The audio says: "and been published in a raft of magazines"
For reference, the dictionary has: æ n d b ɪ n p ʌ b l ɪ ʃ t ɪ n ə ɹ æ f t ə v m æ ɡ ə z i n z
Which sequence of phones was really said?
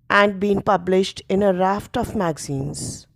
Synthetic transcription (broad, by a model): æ n d b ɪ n p ʌ b l ɪ ʃ t ɪ n ə ɹ æ f t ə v m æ ɡ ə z i n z